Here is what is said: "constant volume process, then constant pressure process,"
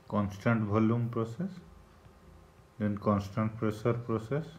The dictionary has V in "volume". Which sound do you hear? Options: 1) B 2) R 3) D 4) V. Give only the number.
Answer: 1